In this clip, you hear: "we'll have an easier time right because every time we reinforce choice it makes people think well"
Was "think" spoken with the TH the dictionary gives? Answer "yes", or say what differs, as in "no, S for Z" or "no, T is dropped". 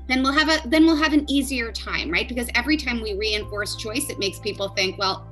yes